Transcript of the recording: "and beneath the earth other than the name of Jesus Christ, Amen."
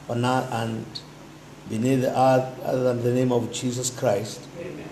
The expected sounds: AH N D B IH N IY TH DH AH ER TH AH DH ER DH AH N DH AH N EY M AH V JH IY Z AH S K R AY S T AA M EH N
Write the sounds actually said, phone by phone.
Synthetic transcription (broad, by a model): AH N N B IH N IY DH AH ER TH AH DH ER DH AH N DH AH N EY M AH V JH IY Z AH S K R AY S T